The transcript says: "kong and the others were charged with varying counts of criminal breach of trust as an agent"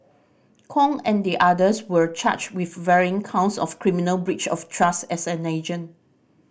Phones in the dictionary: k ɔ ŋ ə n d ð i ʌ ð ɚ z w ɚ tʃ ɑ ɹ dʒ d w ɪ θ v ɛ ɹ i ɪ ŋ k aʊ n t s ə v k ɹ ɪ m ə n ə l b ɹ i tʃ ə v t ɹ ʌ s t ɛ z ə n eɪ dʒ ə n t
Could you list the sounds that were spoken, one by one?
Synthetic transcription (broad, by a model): k ɔ ŋ ə n d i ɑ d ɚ s w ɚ tʃ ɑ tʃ w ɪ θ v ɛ ɹ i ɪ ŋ k aʊ n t s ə f k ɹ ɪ m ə n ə l b ɹ i tʃ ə f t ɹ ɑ s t ɛ s ə n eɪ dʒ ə n